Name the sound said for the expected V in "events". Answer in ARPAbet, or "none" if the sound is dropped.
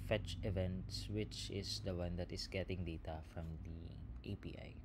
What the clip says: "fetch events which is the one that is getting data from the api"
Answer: V